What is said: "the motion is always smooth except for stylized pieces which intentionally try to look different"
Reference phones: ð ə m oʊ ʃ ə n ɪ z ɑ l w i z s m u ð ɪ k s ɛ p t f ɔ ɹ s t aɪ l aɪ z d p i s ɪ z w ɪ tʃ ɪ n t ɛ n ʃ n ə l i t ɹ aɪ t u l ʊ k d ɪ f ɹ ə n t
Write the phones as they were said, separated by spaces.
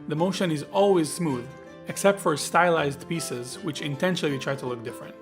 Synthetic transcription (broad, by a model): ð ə m oʊ ʃ ə n ɪ z ɑ l w i z s m u ð ɪ k s ɛ p t f ɔ ɹ s t aɪ l aɪ z d p i s ɪ z w ɪ tʃ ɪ n t ɛ n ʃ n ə w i t ɹ aɪ t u l ʊ k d ɪ f ɹ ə n t